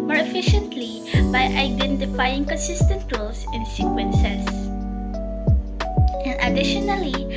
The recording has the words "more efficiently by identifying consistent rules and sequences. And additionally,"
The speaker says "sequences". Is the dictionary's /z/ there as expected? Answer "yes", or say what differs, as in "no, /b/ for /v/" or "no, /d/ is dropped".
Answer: no, /s/ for /z/